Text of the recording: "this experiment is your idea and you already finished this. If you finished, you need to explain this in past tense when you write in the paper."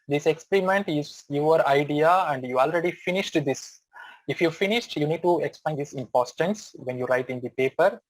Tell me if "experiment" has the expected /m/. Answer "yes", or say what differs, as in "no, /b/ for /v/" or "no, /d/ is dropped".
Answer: yes